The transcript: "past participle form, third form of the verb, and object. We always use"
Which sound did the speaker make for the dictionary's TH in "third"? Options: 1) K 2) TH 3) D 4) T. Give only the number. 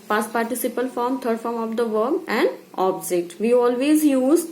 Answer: 4